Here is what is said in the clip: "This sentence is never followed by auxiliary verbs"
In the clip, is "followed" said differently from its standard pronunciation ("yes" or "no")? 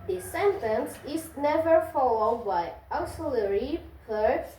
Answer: no